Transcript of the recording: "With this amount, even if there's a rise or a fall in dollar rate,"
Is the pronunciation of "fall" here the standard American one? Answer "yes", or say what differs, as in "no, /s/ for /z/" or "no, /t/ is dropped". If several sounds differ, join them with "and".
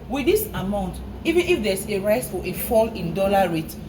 yes